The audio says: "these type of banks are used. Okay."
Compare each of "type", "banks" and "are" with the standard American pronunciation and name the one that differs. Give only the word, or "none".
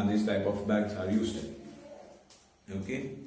banks